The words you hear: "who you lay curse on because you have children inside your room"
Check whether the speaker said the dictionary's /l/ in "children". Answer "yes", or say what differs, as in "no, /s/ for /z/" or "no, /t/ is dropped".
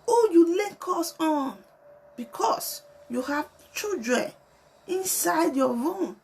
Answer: no, /l/ is dropped